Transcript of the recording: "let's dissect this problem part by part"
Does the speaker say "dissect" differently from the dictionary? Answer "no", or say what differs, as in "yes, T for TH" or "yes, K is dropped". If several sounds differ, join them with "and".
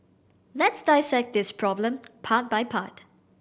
no